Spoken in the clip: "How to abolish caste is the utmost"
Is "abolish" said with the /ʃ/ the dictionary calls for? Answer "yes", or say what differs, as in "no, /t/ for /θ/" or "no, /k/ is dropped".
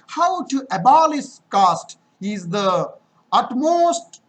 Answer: no, /s/ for /ʃ/